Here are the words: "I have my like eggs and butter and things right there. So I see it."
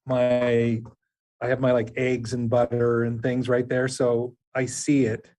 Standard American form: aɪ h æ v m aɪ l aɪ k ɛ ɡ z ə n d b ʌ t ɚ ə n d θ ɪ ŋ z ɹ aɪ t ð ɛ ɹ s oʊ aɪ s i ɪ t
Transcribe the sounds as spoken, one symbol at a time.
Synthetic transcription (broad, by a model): aɪ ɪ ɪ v m aɪ l aɪ k ɛ ɡ z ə n b ʌ t ɚ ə n θ ɪ ŋ z ɹ aɪ t ð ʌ ɹ s oʊ aɪ s i ɪ t